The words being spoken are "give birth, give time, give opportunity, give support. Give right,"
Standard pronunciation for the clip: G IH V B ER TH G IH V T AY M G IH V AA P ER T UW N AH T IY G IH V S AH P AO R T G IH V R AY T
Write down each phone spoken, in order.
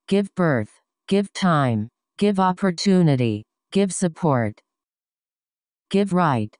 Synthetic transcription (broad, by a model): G IH V B ER TH G IH V T AY M G IH V AA P ER T UW N AH T IY G IH V S AH P AO R T G IH V R AY T